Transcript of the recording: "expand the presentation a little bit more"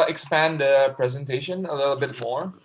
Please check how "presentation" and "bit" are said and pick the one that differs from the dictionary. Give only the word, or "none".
none